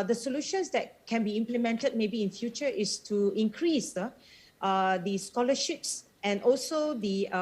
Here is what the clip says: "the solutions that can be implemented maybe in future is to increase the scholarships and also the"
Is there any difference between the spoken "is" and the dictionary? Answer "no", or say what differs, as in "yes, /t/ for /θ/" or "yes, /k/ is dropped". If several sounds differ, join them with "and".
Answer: yes, /s/ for /z/